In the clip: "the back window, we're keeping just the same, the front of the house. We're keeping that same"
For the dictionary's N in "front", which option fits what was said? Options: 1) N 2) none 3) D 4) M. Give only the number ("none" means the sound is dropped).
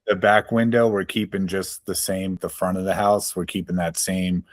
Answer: 2